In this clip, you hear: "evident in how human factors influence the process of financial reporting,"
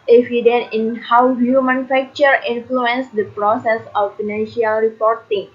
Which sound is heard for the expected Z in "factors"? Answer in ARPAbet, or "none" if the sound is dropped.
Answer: none